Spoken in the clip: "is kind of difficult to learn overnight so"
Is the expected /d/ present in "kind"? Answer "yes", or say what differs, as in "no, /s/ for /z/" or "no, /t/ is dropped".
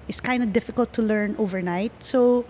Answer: yes